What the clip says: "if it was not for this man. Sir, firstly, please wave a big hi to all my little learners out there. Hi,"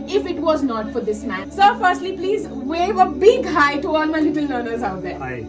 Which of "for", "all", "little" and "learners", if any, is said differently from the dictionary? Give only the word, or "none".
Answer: learners